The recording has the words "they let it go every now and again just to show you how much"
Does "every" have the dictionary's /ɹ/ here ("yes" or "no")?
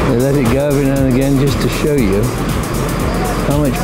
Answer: no